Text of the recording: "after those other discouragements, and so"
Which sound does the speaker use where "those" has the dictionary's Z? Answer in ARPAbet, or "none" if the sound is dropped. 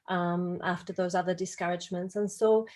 Z